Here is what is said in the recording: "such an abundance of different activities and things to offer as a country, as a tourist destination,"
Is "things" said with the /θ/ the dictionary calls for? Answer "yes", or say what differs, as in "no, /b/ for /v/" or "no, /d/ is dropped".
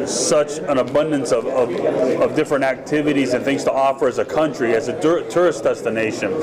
yes